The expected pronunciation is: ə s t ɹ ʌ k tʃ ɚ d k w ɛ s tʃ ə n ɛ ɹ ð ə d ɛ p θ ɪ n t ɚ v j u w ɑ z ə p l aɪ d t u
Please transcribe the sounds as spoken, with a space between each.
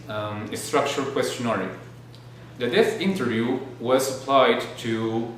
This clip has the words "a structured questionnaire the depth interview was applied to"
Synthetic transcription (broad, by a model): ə s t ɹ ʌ k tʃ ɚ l k w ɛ s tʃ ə n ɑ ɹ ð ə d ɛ θ ɪ n t ɚ v j u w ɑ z ə p l aɪ d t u